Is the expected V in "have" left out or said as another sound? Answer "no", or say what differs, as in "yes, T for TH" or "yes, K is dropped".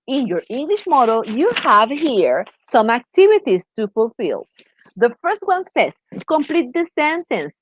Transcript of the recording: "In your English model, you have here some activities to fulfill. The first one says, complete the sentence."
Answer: no